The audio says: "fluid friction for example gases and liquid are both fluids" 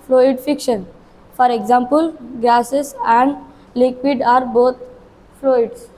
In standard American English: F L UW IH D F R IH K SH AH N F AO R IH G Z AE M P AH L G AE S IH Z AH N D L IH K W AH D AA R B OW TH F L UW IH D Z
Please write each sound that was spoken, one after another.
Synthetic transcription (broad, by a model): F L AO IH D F IH K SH AH N F AO R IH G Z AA M P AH L G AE S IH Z AH N D L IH K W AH D AA R B OW T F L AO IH D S